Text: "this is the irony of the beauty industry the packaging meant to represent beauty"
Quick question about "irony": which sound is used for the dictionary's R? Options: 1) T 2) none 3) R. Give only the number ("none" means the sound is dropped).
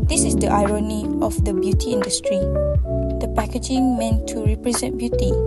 3